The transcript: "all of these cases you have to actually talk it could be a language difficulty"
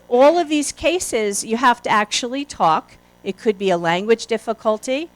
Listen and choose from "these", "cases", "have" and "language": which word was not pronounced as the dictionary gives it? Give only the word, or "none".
have